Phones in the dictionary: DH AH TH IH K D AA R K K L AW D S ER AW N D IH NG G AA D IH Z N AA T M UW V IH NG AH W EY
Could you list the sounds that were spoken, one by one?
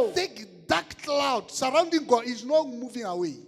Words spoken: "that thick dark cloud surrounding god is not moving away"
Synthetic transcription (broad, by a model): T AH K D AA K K L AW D S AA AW N D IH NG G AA IH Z N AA M UW V IH NG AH W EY